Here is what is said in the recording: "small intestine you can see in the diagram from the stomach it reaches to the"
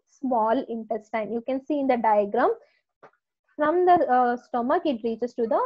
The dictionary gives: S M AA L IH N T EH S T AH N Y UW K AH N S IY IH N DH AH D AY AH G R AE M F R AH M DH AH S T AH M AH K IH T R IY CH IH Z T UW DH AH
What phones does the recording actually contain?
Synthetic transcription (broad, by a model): S M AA L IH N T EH S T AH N Y UW K AH N S IY IH N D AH D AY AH G R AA M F R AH M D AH S T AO M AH K IH T R IY CH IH S T UW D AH